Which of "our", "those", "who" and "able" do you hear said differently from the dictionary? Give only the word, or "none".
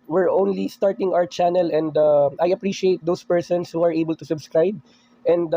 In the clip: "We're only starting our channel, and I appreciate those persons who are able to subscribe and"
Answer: those